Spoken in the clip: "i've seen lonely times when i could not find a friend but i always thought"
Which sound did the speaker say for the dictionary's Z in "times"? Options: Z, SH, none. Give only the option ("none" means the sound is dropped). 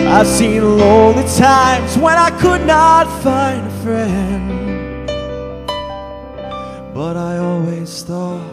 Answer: Z